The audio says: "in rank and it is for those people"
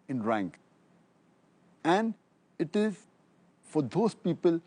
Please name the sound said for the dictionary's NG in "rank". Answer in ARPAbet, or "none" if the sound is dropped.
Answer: NG